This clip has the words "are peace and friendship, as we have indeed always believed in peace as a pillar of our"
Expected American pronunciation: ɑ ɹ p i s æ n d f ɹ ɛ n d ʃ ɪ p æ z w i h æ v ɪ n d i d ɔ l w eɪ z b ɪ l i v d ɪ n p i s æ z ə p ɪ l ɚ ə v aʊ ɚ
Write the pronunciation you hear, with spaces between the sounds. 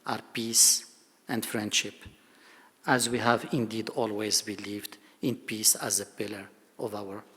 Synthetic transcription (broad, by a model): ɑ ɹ p i s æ n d f ɹ ɛ n d ʃ ɪ p æ z w i h æ v ɪ n d i d ɔ l w eɪ z b ɪ l i v d ɪ n p i s æ z ə p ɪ l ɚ ə v aʊ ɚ